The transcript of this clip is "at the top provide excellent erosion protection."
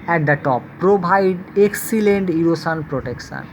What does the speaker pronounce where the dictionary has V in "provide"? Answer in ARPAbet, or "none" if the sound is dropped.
B